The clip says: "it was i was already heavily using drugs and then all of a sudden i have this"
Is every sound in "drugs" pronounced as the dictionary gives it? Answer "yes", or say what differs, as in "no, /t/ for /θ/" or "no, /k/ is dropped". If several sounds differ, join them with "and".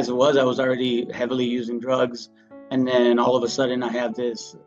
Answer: yes